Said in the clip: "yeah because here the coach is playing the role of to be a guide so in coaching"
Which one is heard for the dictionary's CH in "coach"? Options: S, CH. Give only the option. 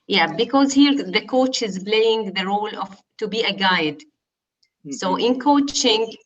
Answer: CH